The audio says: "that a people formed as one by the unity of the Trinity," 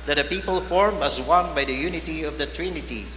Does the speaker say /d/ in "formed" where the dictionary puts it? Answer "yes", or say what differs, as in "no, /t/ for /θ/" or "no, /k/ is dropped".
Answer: no, /d/ is dropped